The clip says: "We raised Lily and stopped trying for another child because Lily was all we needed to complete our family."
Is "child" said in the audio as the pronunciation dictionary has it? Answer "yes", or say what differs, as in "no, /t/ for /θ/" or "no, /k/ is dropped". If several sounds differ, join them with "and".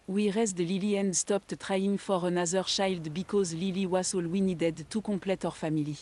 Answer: no, /ʃ/ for /tʃ/